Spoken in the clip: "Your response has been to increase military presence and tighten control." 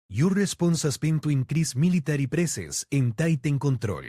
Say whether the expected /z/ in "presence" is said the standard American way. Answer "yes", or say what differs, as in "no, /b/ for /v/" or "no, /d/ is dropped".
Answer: no, /s/ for /z/